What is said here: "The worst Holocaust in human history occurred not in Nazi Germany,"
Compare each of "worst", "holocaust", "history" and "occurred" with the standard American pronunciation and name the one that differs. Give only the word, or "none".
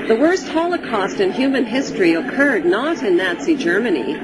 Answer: none